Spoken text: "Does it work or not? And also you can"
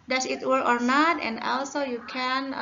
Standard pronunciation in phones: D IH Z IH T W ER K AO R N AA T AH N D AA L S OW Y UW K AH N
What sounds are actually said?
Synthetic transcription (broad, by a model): D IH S IH T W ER AO R N AA T AH N D AA L S OW Y UW K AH N